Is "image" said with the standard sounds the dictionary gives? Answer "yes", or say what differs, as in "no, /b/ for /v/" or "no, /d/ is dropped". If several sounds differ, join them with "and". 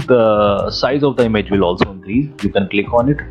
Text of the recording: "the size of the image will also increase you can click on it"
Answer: yes